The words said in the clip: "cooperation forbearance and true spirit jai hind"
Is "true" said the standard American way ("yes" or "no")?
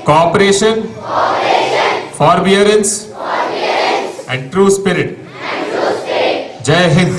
yes